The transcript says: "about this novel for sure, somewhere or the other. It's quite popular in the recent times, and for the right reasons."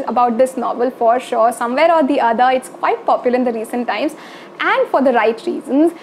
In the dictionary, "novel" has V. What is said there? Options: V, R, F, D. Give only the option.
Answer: V